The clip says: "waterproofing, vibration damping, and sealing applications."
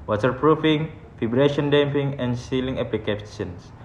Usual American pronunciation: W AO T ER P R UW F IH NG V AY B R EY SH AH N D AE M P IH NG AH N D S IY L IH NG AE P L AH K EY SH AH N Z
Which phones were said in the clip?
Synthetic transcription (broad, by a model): W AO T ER P R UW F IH NG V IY B R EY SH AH N D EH M P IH NG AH N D S IY L IH NG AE P L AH K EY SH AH N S